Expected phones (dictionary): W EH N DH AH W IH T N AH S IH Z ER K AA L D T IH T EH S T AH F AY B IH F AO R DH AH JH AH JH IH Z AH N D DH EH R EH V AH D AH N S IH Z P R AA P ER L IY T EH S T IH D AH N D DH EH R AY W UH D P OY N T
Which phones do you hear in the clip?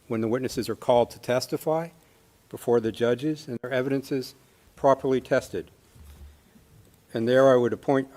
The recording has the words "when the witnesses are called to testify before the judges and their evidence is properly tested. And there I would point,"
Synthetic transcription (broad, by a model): W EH N DH AH W IH T N AH S IH Z ER K AA L D T IH T EH S T AH F AY B IH F AO R DH AH JH AH JH IH Z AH N DH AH R EH V AH D AH N S IH Z P R AA P ER L IY T EH S T IH D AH N DH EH R AY W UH D P OY N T